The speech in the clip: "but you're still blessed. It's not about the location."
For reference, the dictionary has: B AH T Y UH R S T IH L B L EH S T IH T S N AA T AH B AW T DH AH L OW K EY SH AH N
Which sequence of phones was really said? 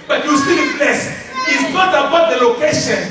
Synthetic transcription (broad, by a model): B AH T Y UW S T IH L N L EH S IH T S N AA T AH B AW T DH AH L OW K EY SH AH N